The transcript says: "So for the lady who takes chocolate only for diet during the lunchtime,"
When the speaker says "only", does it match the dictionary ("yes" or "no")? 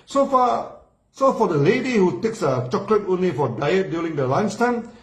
yes